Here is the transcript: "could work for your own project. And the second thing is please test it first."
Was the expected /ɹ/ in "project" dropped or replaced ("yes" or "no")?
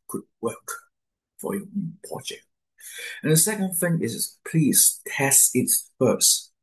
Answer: yes